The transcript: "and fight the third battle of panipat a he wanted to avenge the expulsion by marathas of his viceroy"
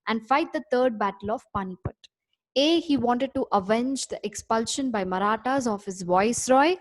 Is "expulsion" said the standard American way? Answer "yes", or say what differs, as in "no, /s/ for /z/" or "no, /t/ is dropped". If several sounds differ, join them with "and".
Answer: yes